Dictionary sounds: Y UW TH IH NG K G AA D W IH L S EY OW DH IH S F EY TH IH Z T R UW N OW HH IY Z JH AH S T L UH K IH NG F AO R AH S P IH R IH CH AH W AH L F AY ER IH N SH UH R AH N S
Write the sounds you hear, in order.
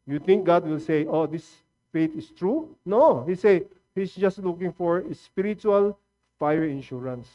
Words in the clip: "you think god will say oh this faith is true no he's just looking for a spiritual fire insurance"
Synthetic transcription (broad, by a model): Y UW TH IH NG K G AA D W IH L S EY OW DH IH S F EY T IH S T R UW N OW HH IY S JH AH S T L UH K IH NG F AO R AH S P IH R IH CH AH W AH L F AY ER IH N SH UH R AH N S